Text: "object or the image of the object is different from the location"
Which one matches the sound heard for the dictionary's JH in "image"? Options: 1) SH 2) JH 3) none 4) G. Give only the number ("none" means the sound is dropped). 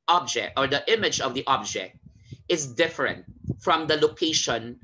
2